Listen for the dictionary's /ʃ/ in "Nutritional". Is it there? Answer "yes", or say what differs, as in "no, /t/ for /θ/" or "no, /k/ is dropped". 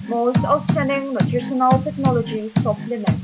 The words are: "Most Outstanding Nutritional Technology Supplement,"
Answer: no, /s/ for /ʃ/